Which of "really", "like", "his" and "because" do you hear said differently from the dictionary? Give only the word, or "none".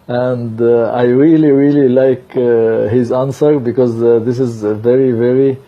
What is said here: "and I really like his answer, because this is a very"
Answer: none